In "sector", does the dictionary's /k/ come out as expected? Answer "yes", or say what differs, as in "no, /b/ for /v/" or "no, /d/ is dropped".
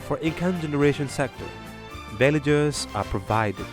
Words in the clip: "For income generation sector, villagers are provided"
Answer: yes